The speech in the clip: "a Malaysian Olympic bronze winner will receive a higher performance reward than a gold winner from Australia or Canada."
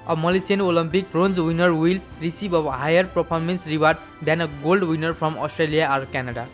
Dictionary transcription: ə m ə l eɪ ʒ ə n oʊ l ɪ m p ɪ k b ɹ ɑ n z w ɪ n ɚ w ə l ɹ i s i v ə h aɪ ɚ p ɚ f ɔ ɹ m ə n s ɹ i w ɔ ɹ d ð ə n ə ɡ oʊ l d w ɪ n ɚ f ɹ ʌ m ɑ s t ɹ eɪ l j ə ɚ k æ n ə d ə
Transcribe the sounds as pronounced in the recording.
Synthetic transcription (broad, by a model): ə m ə l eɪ s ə n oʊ l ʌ m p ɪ k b ɹ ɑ n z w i n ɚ w ə l ɹ i s i b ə h aɪ ɚ p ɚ p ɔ ɹ m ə n s ɹ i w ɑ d d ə n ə ɡ oʊ l d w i n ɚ p ɹ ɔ m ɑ s t ɹ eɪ l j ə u k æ n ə d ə